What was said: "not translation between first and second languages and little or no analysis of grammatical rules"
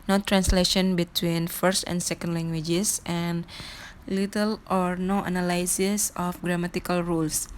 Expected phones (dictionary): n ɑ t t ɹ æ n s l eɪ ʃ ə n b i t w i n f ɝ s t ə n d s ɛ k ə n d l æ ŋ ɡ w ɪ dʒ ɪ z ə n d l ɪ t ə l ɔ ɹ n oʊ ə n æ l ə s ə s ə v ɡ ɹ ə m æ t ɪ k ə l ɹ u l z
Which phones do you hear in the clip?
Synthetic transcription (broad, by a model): n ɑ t t ɹ æ n s l eɪ ʃ ə n b i t w i n f ɝ s t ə n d s ɛ k ə n d l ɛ ŋ ɡ w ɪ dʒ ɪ s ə n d l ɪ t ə l ɔ ɹ n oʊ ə n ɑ l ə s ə s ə f ɡ ɹ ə m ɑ t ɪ k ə l ɹ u l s